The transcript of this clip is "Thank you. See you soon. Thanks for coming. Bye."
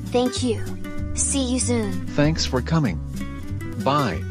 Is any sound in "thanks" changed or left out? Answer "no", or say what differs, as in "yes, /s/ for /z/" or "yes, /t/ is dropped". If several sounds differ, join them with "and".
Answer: no